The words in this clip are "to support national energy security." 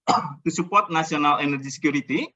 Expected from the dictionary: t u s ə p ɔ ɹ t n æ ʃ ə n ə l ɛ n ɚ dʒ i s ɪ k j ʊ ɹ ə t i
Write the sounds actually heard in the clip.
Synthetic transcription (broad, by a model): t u s ə p ɔ ɹ t n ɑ s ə n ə l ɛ n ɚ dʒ i s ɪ k j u ɹ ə t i